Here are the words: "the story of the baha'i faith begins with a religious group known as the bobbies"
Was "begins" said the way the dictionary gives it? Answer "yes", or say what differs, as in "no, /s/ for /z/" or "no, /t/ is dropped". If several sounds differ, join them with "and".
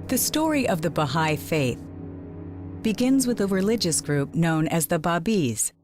yes